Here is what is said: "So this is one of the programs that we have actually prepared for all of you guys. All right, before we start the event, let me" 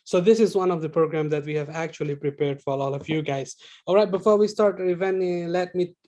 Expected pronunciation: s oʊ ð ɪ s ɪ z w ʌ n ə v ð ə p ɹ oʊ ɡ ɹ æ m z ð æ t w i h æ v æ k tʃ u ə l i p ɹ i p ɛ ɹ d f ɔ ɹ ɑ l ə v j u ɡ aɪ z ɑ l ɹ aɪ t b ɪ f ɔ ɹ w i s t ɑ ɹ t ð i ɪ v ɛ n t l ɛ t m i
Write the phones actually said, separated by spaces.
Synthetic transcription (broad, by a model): s oʊ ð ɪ s ɪ z w ʌ n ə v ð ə p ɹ oʊ ɡ ɹ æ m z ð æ t w i h æ v æ k tʃ u ə l i p ɹ i p ɛ ɹ d f ɔ ɹ ɑ l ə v j u ɡ aɪ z ɑ l ɹ aɪ t b ɪ f ɔ ɹ w i s t ɑ ɹ t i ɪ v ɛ n l ɛ t m i